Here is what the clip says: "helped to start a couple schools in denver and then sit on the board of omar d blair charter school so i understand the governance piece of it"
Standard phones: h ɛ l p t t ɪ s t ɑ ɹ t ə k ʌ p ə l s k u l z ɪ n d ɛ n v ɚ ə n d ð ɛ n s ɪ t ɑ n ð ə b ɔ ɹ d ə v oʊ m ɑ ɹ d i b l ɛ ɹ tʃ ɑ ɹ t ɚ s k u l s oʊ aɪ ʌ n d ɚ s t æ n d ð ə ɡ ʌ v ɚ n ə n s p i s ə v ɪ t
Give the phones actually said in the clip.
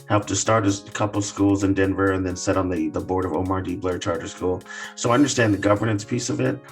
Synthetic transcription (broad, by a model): h ɛ l p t t ɪ s t ɑ ɹ t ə k ʌ p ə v s k u l z ɪ n d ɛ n v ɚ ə n ð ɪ n s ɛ t n ð ə b ɔ ɹ d ə v oʊ m ɑ ɹ d i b l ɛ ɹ tʃ ɑ ɹ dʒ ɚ s k u l s oʊ aɪ ʌ n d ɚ s t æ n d ð ə ɡ ʌ v ɚ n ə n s p i s ə v ɪ t